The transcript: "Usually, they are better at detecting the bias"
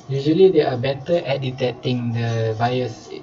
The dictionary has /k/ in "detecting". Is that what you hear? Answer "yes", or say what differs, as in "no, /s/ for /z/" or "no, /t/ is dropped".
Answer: no, /k/ is dropped